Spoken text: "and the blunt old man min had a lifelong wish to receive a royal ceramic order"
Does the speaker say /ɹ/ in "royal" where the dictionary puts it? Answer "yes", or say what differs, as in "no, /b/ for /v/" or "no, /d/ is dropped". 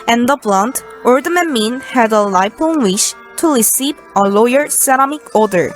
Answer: no, /l/ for /ɹ/